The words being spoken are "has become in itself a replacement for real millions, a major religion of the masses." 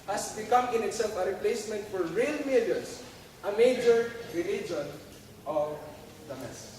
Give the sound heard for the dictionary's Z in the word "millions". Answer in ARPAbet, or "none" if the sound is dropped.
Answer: S